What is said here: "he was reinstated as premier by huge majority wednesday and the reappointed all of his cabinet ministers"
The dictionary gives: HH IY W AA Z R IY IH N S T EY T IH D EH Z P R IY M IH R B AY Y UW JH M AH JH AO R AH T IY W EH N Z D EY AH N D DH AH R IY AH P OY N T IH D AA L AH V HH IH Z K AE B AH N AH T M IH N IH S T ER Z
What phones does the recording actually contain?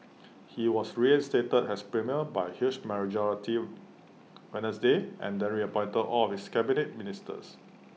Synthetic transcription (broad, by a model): HH IY W AA S R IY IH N S T EY T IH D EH S P R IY M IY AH B AY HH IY SH M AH JH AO R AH T IY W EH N S D EY AH N D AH R IY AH P OY N T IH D AA L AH F HH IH S K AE B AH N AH T M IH N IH S T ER S